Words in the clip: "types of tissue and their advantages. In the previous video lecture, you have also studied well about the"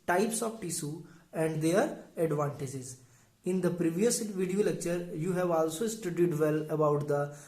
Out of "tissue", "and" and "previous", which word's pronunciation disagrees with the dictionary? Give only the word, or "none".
tissue